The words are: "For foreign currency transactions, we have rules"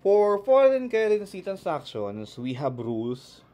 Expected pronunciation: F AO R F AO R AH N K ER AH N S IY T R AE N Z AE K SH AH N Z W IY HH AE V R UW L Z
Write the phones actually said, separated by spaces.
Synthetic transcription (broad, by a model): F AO R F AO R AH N K ER AH N S IY T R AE N S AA K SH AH N S W IY HH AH B R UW L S